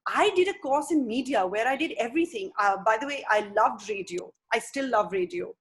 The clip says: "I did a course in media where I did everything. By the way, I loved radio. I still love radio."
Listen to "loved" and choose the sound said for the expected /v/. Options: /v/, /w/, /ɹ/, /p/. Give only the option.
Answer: /v/